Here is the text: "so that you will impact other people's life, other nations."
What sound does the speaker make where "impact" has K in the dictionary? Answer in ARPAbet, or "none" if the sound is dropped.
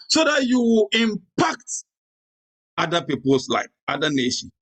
K